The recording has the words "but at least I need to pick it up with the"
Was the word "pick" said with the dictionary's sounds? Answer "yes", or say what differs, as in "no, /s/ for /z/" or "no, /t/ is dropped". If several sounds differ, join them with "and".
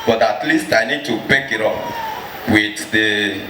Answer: no, /b/ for /p/